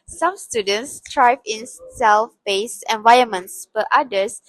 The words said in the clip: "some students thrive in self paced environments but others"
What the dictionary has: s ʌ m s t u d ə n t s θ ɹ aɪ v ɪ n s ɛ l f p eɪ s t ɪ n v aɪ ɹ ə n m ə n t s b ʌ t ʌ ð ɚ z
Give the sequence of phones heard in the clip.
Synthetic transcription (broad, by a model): s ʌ m s t u d ə n t s t ɹ aɪ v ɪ n s ɛ l f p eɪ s ɪ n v aɪ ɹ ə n m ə n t s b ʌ t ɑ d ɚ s